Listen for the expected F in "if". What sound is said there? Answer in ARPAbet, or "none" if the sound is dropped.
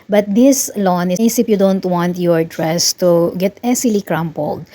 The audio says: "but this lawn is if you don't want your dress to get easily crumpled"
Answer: P